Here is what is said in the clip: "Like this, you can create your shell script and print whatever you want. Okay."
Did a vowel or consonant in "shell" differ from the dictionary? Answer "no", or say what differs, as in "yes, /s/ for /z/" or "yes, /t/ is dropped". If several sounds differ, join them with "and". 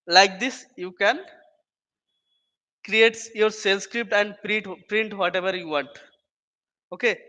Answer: yes, /s/ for /ʃ/